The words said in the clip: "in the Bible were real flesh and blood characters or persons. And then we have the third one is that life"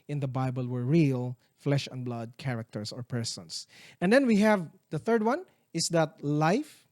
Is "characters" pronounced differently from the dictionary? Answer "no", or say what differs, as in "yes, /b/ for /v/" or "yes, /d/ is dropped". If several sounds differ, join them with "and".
yes, /s/ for /z/